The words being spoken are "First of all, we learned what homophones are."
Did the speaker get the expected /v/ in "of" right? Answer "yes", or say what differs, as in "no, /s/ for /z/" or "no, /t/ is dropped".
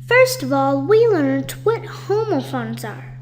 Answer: yes